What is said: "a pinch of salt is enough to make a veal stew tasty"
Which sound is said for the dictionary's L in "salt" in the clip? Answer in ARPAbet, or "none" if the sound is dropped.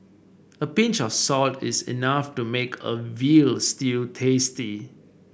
L